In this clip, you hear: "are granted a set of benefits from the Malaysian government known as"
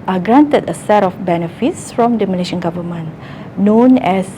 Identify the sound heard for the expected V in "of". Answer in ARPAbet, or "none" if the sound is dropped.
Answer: F